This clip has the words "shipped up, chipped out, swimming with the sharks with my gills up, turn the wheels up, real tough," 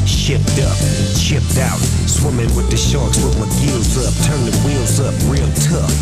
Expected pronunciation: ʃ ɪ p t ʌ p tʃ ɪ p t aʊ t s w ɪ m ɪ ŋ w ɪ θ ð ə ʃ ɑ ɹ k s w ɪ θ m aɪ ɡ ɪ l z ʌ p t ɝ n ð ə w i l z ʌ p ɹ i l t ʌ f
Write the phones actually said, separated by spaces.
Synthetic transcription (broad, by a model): ʃ ɪ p t ʌ p ʃ ɪ p t aʊ t s w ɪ m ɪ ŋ w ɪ ð ə ʃ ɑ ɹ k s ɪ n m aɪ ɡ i l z ʌ p t ɝ n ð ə w i l z ʌ p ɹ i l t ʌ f